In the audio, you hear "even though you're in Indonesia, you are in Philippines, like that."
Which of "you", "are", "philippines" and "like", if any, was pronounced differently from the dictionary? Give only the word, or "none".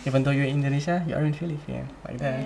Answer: philippines